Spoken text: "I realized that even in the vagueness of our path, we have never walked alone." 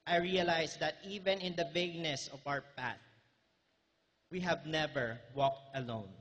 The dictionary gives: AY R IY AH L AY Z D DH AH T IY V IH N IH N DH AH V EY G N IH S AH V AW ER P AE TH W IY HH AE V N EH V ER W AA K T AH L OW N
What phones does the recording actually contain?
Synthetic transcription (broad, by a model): AY R IY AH L AY S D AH T IY V IH N IH N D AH V EY G N IH S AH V AW ER P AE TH W IY HH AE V N EH V ER W AA K T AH L OW N